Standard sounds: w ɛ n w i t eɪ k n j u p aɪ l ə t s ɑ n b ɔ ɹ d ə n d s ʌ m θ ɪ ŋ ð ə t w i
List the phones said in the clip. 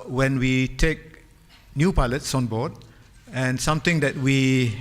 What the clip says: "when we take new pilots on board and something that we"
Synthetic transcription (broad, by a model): w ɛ n w i t eɪ k n j u p aɪ l ə t s ɑ n b ɔ d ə n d s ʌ m t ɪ ŋ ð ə t w i